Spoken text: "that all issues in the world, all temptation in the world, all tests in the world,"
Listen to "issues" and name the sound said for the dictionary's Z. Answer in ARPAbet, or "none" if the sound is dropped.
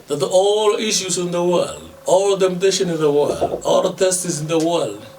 S